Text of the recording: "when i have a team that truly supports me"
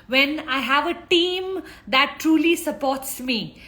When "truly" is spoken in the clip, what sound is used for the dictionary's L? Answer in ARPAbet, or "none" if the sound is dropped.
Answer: L